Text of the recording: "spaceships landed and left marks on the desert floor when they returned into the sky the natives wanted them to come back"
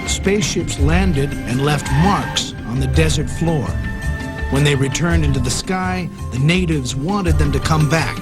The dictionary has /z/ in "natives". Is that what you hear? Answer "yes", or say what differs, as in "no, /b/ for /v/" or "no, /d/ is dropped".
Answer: yes